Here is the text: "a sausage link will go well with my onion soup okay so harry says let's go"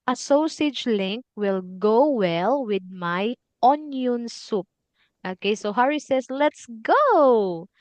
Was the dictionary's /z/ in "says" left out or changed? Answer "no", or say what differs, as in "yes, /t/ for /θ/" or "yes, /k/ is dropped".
yes, /s/ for /z/